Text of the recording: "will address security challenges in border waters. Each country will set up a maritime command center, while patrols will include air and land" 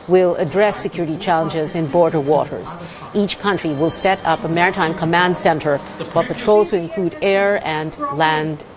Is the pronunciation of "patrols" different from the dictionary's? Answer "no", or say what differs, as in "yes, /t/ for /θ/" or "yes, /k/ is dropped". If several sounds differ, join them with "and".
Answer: no